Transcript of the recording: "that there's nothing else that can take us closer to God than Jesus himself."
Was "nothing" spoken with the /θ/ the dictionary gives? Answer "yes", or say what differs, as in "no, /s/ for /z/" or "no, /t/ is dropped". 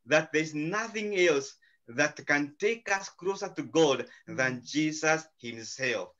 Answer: yes